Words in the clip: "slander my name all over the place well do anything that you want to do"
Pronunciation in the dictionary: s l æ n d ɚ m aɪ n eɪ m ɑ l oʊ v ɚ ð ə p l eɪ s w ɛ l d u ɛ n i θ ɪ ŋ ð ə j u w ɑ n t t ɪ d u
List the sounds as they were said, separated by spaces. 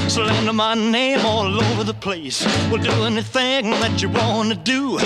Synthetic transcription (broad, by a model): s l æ n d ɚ m aɪ n eɪ m ɑ l oʊ v ɚ ð ə p l eɪ s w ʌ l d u ɛ n i θ ɪ ŋ ð ə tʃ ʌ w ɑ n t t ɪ d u